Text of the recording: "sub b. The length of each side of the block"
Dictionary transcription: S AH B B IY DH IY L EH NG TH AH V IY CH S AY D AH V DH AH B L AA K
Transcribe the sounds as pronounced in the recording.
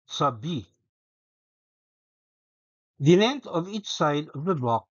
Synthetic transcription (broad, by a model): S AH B B IY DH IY N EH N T AH V IY CH S AY D AH V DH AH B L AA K